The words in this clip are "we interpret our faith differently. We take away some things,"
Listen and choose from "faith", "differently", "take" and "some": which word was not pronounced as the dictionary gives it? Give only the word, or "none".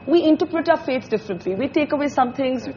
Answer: faith